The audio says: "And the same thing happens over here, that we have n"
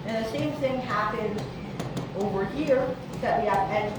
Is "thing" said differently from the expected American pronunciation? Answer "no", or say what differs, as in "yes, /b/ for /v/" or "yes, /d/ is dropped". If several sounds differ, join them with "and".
no